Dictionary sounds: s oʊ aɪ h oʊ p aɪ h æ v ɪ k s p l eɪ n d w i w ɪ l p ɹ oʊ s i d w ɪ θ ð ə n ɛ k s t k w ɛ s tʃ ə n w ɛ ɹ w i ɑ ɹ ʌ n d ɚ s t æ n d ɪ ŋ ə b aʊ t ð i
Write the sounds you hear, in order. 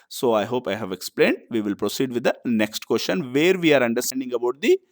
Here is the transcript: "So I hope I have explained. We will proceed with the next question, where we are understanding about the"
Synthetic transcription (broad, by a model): s oʊ aɪ h oʊ p aɪ h æ v ɪ k s p l eɪ n d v i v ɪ l p ɹ oʊ s i d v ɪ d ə n ɛ k s t k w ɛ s ʃ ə n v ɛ ɹ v i ɑ ɹ ʌ n d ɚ s t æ n d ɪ ŋ ə b aʊ t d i